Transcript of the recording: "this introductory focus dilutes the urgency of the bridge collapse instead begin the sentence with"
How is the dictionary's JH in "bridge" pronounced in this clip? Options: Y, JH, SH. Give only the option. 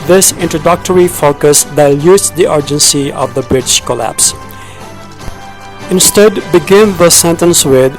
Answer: SH